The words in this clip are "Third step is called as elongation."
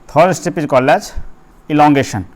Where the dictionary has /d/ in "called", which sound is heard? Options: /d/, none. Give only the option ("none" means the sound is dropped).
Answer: none